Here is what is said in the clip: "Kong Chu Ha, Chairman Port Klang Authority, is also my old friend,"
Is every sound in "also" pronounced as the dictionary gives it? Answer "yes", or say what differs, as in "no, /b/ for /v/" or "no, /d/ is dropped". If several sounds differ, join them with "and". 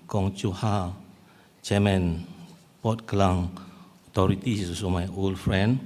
no, /l/ is dropped